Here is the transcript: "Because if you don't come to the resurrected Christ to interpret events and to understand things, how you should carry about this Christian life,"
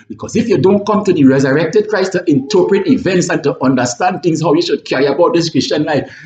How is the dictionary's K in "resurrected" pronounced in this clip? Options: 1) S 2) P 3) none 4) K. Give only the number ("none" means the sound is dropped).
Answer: 4